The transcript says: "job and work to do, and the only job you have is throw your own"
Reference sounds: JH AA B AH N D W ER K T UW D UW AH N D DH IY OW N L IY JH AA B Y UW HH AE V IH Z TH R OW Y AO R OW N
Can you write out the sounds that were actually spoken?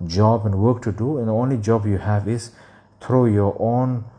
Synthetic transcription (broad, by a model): JH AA B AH N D W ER K T UW D UW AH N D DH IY OW N L IY JH AA B Y UW HH AE V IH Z T R OW Y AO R OW N